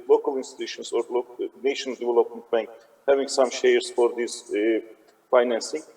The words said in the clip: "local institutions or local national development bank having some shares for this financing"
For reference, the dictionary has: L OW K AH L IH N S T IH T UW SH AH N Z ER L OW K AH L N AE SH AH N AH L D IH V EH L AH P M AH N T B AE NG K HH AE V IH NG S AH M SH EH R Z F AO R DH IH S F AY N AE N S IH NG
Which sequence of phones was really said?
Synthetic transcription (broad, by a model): L OW K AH L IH N S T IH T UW SH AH N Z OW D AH N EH SH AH N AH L D IH V EH L AH P M AH N T B AE NG K HH AE V IH NG S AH M SH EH R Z F AO R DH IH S F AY N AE N S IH NG